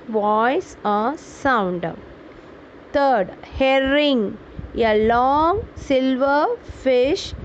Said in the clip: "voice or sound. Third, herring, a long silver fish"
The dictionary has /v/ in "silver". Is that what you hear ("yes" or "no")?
yes